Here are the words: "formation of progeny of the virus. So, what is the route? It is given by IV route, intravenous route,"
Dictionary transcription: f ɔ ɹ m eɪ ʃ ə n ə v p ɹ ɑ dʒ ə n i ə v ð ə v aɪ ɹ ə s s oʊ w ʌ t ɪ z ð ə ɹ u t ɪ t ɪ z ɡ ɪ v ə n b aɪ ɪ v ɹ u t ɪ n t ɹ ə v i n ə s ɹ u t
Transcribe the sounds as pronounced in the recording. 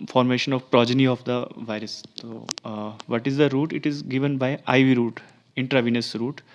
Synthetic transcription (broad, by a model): f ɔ ɹ m eɪ ʃ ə n ə v p ɹ ɑ dʒ ə n i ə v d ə v aɪ ɹ ə s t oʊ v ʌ t ɪ z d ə ɹ u t ɪ t ɪ z ɡ ɪ v ə n b aɪ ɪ v ɹ u t ɪ n t ɹ ə v i n ə s ɹ u t